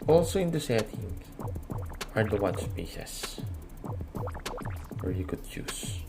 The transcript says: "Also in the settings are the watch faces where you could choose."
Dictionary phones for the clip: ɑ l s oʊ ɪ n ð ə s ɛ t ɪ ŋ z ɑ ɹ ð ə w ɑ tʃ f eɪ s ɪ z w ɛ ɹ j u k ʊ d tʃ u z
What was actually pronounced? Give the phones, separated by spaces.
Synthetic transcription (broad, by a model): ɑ l s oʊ ɪ n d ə s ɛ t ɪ ŋ ɑ ɹ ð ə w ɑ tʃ p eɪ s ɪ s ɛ ɹ j u k ʊ d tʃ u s